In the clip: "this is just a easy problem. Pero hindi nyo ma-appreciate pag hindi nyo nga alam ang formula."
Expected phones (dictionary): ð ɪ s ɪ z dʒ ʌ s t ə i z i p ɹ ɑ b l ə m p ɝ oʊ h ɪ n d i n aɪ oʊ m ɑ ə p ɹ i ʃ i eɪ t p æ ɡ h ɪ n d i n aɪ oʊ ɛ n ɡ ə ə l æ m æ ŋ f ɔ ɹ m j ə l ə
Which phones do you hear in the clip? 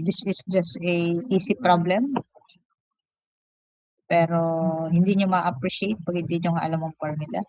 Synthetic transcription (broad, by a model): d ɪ s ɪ s dʒ ʌ s t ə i s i p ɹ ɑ b l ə m p ɝ oʊ h ɪ n d i n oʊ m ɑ ə p ɹ i ʃ i eɪ t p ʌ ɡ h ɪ n d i n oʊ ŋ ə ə l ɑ m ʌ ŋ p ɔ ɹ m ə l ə